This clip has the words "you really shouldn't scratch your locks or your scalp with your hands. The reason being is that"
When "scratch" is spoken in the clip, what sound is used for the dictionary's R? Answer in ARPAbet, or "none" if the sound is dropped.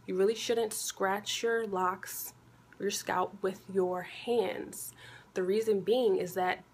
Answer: R